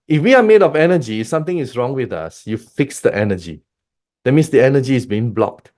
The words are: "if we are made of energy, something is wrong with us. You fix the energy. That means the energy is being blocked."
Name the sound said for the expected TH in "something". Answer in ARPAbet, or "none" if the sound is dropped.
T